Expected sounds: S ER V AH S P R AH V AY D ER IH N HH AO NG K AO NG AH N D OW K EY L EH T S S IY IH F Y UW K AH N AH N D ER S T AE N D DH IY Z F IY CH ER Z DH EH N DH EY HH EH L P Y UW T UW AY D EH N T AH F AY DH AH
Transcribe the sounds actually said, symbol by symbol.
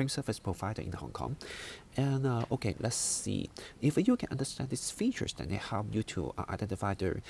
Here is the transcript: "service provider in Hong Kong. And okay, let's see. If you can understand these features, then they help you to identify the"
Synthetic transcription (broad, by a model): S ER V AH S P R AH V AY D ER IH N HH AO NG K AO NG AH N OW K EY L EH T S S IY IH F Y UW K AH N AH N D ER S T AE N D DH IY S F IY CH ER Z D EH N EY HH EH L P Y UW T UW AY D EH N T AH F AY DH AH